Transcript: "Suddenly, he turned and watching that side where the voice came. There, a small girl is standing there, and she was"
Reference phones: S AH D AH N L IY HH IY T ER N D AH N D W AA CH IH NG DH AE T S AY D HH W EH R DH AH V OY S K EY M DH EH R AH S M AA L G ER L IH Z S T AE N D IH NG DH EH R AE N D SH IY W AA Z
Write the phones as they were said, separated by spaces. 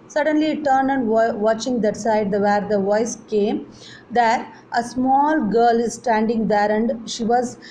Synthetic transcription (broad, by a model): S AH D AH N L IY IY T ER N AH N D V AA CH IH NG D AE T S AY D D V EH R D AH V OY S K EY M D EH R AH S M AA L G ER L IH Z S T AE N D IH NG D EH R AE N D SH IY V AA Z